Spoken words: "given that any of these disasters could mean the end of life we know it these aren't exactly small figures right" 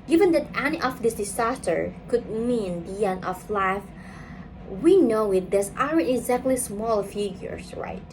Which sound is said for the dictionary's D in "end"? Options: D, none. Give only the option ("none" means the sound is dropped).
none